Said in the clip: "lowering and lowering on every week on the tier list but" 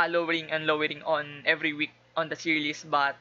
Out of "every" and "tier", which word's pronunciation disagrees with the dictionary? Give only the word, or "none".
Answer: tier